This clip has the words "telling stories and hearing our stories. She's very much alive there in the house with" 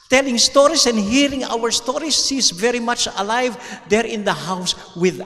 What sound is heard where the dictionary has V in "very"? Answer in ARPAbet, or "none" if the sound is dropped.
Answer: V